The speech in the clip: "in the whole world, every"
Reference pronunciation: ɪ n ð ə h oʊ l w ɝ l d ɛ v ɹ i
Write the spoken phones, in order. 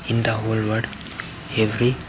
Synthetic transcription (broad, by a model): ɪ n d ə h oʊ l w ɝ d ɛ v ɹ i